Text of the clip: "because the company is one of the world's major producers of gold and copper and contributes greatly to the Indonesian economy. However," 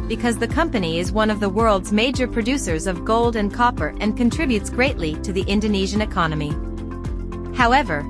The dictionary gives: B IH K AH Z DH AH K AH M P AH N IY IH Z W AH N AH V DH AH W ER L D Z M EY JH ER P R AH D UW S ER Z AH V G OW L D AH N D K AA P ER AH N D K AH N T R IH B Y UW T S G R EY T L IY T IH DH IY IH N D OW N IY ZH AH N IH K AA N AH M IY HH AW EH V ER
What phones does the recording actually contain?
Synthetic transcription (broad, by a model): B IH K AH Z DH AH K AH M P AH N IY IH Z W AH N AH V DH AH W ER L D Z M EY JH ER P R AH D UW S ER Z AH V G OW L D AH N K AA P ER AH N K AH N T R IH B Y UW T S G R EY T L IY T IH DH IY IH N D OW N IY ZH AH N IH K AA N AH M IY HH AW EH V ER